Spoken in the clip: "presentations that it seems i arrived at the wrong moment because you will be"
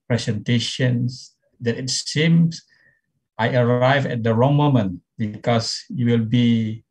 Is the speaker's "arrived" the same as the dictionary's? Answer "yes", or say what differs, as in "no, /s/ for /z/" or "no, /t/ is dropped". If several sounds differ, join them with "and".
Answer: no, /d/ is dropped